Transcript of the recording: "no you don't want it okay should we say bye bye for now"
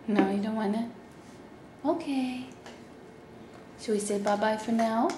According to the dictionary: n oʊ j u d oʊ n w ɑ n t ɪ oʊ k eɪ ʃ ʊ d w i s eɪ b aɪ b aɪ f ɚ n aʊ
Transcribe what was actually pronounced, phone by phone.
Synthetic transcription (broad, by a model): n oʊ j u d oʊ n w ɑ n ɪ oʊ k eɪ s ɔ w i s eɪ b aɪ b aɪ f ɚ n aʊ